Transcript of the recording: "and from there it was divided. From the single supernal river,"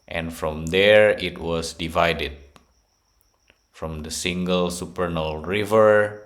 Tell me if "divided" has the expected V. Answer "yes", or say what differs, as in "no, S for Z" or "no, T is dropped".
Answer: yes